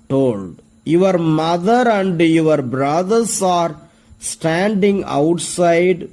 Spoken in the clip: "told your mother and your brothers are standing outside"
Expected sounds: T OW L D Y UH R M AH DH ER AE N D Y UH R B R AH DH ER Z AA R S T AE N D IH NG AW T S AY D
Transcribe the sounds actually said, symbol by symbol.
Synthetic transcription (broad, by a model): T OW L D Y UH R M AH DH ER AE N D Y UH R B R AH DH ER S AA R S T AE N D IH NG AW T S AY D